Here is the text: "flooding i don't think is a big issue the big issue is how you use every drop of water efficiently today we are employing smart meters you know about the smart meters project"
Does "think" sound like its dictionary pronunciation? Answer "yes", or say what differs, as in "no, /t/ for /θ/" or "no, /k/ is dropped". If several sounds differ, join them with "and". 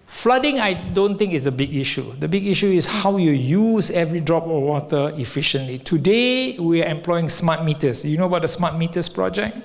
no, /t/ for /θ/